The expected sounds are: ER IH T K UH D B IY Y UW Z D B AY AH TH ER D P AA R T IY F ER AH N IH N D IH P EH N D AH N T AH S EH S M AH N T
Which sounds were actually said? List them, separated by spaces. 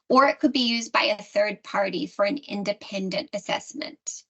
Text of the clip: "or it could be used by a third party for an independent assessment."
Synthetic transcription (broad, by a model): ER IH T K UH D B IY Y UW Z B AY AH TH ER D P AA R T IY F ER AH N IH N D IH P EH N D AH N T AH S EH S M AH N T